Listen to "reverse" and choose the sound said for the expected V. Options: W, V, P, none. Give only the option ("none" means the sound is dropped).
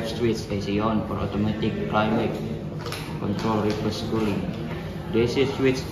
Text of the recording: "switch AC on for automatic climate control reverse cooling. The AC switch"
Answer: P